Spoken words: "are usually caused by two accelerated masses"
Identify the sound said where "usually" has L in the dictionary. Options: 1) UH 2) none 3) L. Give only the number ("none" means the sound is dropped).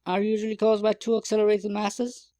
3